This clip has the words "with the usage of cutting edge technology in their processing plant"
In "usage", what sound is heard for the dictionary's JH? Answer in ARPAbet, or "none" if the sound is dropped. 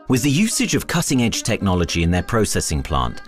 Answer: JH